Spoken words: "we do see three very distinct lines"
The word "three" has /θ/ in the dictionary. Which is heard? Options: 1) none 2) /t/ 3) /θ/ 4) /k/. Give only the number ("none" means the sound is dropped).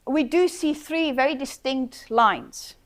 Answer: 3